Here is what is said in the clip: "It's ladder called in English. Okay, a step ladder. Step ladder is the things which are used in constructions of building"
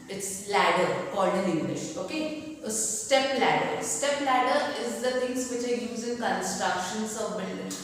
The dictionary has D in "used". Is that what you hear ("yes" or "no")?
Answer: no